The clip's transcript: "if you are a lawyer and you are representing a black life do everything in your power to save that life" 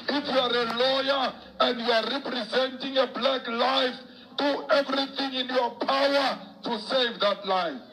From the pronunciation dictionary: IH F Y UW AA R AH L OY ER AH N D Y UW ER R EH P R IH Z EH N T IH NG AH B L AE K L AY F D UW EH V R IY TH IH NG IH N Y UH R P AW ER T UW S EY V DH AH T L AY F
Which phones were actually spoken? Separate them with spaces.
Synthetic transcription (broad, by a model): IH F Y UW AA R AH L OY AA AH N D Y UW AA R EH P R IH Z EH N T IH NG AH B L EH K L AY F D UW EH V R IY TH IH NG IH N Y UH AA P AW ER T UW S EY V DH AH T L AY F